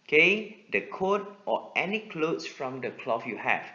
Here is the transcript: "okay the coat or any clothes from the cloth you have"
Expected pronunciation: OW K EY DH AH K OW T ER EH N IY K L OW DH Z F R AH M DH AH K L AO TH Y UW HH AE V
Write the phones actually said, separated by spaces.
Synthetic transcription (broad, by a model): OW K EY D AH K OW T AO EH N IY K L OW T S F R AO M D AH K L AO F Y UW HH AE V